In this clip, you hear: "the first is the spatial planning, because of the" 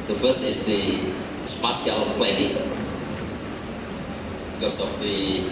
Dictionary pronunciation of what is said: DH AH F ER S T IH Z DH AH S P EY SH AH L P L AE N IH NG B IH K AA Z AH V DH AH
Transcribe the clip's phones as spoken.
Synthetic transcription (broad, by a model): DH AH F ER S IH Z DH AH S P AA S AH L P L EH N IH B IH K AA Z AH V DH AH